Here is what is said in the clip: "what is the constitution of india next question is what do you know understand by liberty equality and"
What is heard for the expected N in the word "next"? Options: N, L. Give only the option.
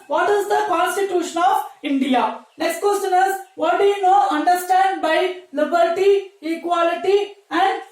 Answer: N